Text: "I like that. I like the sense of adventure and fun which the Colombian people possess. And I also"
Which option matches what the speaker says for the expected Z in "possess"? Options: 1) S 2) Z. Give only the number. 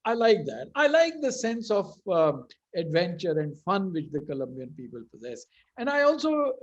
2